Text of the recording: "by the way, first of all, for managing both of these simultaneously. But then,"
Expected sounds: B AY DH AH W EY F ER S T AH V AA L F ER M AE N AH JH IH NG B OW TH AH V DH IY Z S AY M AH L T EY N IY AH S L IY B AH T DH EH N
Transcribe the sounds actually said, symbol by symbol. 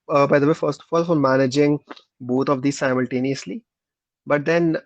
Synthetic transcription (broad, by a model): B AY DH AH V EY F ER S T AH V AA L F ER M AE N AH JH IH NG B OW T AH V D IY S AY M AH L T EY N IY AH S L IY B AH T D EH N